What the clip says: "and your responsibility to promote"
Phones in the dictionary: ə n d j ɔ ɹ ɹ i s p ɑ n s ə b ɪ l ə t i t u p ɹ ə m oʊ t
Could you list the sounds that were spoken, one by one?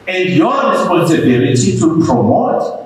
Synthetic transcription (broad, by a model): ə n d j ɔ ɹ ɹ i s p ɑ n s ə b ɪ l ə t i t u p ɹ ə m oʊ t